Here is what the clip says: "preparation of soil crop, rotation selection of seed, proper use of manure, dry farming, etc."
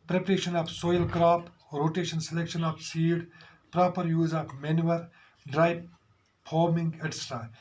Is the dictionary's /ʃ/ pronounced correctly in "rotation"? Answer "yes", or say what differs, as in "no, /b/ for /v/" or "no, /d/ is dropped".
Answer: yes